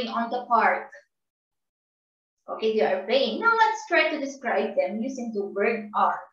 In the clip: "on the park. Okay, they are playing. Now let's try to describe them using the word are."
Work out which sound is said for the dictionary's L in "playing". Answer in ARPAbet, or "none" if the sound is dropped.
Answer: none